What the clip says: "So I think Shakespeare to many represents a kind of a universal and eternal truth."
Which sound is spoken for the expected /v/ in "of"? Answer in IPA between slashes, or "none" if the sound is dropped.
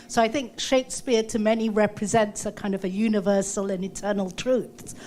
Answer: /v/